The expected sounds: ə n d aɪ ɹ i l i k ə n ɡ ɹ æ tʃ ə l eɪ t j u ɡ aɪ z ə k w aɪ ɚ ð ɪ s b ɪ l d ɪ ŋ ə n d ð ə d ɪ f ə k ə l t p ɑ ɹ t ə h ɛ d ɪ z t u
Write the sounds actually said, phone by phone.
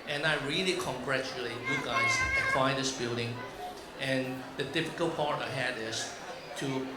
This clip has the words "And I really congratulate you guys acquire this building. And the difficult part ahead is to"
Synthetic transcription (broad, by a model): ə n aɪ ɹ i l i k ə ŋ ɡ ɹ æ tʃ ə l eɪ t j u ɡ aɪ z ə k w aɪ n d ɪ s b ɪ l d ɪ ŋ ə n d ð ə d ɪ f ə k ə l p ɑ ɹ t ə h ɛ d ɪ s t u